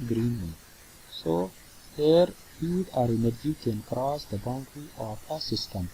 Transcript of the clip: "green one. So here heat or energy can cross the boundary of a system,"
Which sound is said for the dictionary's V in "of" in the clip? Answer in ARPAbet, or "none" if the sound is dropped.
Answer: P